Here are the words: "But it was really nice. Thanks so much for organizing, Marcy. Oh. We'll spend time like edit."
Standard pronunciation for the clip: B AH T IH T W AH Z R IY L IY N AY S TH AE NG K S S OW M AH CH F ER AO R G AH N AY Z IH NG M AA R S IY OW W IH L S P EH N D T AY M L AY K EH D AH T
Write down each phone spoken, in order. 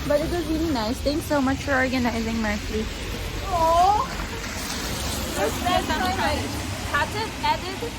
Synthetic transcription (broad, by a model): B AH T IH T W AH Z R IY L IY N AY S T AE NG K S S OW M AH CH F ER AO R G AH N AY Z IH NG M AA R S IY OW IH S EH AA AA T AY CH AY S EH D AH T